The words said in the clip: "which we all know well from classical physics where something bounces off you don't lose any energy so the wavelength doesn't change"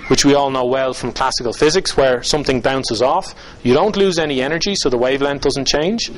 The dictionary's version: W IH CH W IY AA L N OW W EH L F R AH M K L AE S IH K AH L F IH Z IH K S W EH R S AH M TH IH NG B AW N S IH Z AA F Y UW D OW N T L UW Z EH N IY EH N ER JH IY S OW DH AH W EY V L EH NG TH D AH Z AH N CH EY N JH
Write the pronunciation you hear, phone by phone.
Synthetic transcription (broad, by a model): W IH CH W IY AA L N OW W EH L F R AH M K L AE S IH K AH L F IH Z IH K S W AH R S AH M TH IH NG B AW N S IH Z AA F Y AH D OW N T L UW Z EH N IY EH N ER JH IY S OW DH AH W EY V L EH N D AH Z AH N CH EY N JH